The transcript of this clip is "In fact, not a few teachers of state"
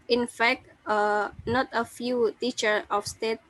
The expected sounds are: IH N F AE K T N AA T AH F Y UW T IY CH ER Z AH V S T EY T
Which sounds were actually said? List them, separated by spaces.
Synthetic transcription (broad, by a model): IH N F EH K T N AA T AH F Y UW T IY CH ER AH F S T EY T